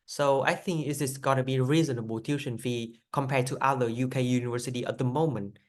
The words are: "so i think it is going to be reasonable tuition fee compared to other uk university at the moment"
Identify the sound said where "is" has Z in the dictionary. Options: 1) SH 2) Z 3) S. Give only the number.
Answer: 3